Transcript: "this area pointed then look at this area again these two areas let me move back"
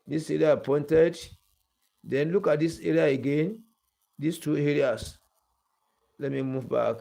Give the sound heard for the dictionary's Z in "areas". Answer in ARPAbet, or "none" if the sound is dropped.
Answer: S